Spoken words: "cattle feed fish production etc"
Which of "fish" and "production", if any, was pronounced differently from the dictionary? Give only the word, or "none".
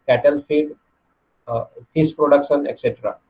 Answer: fish